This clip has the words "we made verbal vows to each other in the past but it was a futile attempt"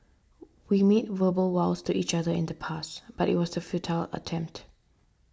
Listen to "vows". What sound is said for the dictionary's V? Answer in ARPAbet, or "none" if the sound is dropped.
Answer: W